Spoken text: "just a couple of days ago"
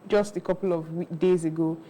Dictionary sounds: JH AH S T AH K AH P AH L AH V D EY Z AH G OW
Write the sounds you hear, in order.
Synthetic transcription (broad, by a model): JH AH S T AH K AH P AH W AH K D EY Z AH G OW